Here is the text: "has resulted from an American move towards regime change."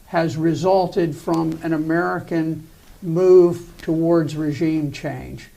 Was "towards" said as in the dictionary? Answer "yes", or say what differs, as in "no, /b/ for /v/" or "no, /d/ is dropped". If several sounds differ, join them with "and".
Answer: yes